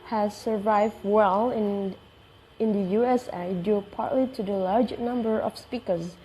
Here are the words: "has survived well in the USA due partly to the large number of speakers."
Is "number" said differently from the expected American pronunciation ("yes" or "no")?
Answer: no